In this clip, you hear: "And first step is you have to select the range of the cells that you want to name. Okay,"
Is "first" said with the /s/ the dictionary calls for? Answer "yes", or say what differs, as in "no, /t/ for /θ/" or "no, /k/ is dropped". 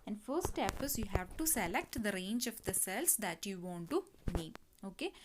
no, /s/ is dropped